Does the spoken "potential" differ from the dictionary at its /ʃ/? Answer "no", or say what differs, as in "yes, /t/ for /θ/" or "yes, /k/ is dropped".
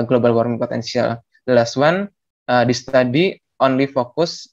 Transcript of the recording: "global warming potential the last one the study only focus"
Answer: yes, /s/ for /ʃ/